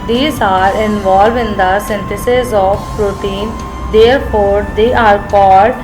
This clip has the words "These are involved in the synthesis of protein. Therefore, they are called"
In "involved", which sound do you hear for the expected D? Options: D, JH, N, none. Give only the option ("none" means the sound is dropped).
none